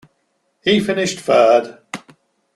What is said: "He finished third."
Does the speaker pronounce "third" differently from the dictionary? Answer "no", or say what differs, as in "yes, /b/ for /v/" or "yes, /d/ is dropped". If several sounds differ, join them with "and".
yes, /f/ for /θ/